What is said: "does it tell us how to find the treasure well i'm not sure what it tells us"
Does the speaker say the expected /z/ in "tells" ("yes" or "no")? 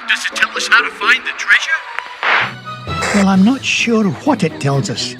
yes